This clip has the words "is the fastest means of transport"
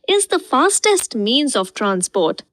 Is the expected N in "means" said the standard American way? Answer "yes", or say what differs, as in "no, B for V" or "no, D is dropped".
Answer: yes